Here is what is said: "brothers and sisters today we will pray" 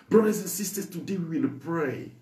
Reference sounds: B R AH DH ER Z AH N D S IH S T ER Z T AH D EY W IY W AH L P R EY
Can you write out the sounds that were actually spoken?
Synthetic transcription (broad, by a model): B R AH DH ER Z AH N S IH S T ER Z T AH D EY W IY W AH N P R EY